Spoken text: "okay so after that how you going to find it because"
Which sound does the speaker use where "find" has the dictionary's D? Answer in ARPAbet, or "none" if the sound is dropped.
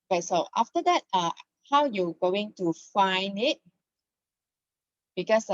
D